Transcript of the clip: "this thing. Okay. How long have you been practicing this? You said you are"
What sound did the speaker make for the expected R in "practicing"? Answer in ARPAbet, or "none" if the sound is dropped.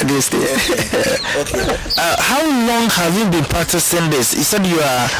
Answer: none